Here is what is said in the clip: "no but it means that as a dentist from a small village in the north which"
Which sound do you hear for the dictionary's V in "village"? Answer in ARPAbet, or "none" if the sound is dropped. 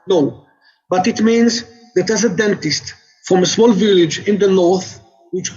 V